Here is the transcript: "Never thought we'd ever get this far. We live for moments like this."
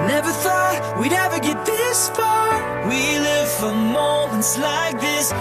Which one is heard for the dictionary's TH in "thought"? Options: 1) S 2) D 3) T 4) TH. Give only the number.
4